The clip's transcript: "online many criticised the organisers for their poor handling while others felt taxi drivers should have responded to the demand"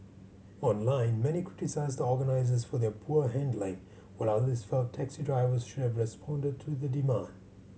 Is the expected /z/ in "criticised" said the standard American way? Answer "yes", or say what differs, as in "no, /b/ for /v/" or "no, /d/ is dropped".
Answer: yes